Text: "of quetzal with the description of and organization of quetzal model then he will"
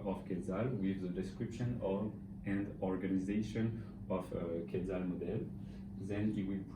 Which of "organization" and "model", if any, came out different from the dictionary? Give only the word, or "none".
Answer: none